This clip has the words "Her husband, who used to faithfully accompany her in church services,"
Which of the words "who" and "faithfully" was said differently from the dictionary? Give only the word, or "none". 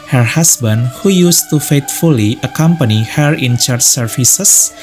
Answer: faithfully